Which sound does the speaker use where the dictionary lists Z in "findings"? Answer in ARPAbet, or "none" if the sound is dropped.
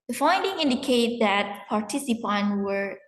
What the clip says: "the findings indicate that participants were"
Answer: none